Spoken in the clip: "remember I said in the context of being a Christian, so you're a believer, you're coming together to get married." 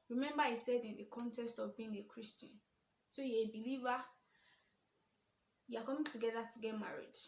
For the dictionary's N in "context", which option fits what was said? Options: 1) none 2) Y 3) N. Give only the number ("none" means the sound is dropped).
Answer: 3